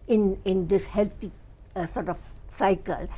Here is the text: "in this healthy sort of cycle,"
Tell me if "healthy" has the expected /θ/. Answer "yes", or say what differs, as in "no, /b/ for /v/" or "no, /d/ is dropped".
no, /t/ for /θ/